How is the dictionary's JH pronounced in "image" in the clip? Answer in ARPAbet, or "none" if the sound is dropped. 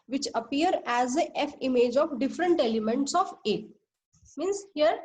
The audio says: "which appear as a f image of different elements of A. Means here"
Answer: JH